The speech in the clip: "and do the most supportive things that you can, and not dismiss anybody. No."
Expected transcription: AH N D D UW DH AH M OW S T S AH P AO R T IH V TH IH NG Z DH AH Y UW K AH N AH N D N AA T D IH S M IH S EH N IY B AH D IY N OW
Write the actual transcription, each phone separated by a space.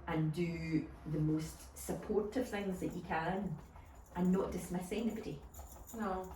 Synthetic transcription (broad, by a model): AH N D D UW DH AH M OW S T S AH P AO R T IH V TH IH NG Z DH AH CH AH K AH N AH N N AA T D IH S M IH S EH N IY B AH D IY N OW